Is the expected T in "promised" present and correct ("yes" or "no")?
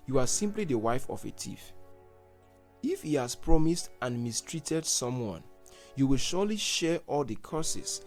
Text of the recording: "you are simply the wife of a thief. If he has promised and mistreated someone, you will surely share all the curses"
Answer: yes